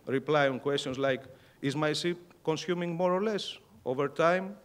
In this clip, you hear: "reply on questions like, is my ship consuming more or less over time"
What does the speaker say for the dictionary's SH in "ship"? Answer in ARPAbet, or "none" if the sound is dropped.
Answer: S